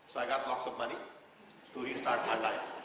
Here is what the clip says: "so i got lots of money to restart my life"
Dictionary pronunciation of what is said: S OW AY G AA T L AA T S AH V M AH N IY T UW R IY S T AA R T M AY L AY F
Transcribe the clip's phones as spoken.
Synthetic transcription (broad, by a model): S AY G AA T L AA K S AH B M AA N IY T UW R IY S T AA R T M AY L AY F